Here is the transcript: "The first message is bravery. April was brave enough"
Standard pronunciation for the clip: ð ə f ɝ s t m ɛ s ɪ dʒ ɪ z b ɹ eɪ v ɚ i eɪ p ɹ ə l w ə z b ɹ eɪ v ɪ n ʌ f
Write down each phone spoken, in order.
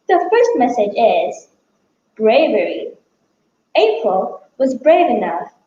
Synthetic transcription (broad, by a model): ð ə f ɝ s t m ɛ s ɪ dʒ ɪ z b ɹ eɪ v ɚ i eɪ p ɹ ə l w ə z b ɹ eɪ v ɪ n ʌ f